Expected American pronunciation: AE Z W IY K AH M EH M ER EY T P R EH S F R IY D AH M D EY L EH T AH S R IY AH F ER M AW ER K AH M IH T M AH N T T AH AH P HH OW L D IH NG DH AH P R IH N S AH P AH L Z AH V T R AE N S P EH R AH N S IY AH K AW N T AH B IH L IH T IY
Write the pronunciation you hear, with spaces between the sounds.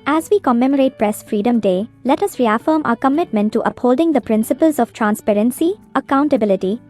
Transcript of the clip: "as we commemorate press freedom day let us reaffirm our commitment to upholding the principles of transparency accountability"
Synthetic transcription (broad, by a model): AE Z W IY K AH M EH M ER EY T P R EH S F R IY D AH M D EY L EH T AH S R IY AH F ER M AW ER K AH M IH T M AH N T T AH AH P HH OW L D IH NG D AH P R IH N S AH P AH L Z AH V T R AE N S P EH R AH N S IY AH K AW N T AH B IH L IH T IY